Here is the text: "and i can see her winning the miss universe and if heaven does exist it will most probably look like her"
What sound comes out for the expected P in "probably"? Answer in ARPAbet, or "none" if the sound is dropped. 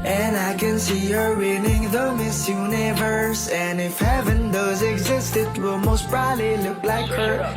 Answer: B